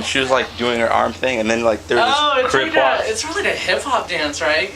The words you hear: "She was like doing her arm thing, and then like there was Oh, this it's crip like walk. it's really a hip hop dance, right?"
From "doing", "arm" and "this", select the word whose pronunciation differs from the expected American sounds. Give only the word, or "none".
this